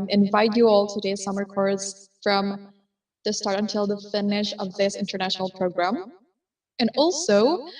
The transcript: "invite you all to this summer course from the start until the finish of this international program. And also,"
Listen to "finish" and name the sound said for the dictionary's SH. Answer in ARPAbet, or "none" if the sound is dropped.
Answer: SH